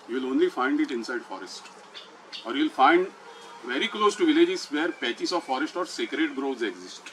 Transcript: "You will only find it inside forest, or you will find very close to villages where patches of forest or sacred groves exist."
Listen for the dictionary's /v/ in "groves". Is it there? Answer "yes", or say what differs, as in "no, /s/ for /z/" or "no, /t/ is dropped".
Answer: no, /v/ is dropped